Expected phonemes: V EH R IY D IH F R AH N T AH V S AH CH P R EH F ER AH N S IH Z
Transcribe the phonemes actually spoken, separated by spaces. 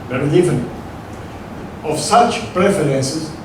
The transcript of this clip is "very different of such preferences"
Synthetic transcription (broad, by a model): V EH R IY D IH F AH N AH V S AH CH P R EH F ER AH N S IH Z